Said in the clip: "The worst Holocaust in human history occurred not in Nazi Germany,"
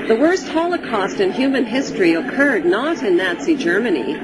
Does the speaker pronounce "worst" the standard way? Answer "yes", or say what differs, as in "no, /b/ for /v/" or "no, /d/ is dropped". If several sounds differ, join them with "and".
yes